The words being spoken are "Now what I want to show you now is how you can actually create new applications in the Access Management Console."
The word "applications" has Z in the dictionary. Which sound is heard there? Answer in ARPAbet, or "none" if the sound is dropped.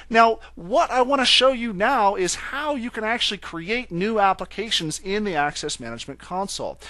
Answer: Z